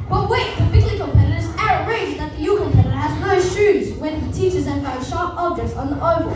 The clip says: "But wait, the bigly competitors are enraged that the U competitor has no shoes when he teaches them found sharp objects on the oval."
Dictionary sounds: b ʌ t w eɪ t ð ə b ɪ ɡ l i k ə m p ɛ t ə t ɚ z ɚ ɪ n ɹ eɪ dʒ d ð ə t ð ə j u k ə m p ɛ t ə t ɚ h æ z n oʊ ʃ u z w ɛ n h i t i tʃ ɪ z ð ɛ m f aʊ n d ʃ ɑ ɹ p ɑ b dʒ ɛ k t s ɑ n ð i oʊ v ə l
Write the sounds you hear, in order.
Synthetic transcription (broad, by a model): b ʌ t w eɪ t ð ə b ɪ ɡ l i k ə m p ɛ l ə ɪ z ɚ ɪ ɹ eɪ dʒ ð ə t ð ə j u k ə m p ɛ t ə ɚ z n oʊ ʃ u z w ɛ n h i t i tʃ ɪ z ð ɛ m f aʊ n ʃ ɑ ɹ p ɑ b dʒ ɛ k t s n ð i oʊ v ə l